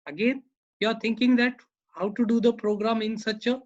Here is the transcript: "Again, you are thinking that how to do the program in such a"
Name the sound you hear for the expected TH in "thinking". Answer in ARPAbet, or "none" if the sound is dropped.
T